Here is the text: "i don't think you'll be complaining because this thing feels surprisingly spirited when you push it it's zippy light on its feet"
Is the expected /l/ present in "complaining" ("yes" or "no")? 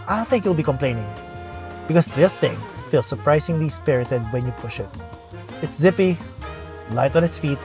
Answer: yes